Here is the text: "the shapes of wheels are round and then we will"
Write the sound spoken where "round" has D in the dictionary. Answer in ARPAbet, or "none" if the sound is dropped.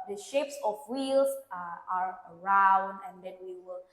D